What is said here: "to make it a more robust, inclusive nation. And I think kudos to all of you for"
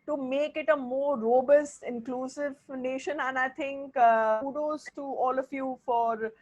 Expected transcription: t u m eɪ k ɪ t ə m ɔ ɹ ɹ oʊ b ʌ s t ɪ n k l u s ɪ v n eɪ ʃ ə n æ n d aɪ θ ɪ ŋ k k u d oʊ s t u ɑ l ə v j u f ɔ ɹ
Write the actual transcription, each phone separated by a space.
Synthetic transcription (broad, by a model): t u m eɪ k ɪ t ə m ɔ ɹ ɹ oʊ b ʌ s t ɪ n k l u s ɪ v n eɪ ʃ ə n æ n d aɪ t ɪ ŋ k k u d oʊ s t u ɑ l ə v j u f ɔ ɹ